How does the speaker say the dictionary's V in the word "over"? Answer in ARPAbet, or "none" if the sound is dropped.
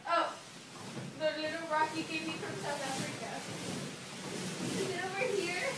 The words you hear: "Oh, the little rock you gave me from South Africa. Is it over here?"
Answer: W